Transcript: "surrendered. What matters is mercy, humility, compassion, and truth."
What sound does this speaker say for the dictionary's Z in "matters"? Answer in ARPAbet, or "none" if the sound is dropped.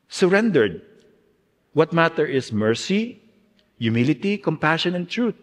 none